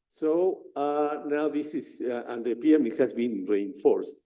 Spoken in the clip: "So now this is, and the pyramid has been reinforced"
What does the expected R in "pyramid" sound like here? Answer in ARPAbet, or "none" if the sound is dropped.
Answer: none